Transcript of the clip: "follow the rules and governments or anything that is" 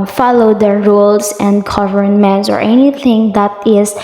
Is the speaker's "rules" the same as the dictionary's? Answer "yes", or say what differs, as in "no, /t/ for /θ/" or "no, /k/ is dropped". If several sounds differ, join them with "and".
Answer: no, /s/ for /z/